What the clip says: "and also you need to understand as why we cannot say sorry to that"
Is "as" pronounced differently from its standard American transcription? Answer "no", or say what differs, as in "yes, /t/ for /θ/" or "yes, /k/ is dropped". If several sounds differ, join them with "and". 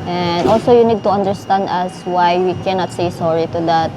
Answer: yes, /s/ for /z/